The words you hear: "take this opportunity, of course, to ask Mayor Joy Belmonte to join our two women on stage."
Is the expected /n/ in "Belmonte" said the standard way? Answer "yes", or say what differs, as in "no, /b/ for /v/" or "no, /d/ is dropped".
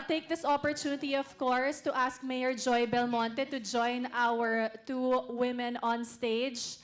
yes